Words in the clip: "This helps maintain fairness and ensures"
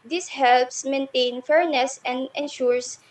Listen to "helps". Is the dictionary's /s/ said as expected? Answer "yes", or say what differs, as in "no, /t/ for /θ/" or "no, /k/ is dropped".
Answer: yes